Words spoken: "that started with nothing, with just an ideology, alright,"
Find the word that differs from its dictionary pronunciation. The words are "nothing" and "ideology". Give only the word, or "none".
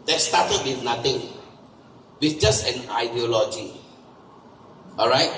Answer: nothing